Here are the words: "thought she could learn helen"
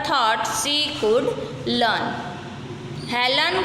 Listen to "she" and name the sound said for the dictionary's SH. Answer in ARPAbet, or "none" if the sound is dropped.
S